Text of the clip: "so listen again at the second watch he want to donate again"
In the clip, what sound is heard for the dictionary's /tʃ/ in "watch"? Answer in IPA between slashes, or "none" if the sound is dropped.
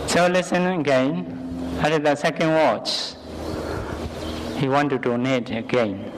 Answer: /tʃ/